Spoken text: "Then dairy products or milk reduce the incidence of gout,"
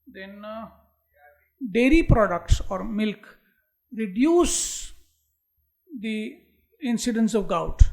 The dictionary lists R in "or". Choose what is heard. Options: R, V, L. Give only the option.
R